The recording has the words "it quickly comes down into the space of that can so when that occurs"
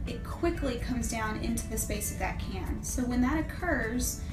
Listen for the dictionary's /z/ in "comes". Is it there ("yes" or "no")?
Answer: yes